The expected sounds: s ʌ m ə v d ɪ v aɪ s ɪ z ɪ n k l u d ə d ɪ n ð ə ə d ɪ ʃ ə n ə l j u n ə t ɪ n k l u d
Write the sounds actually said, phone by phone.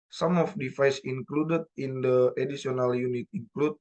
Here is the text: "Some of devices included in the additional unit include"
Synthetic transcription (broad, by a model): s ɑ m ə f d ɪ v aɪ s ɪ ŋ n k l u d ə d ɪ n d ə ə d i s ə n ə l j u n ə t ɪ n k l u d